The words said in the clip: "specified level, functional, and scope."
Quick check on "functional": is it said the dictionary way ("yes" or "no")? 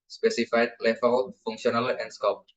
no